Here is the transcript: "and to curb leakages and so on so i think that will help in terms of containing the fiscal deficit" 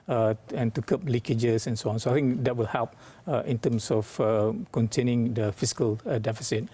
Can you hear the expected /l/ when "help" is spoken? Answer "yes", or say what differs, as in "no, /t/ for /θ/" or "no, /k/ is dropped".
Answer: yes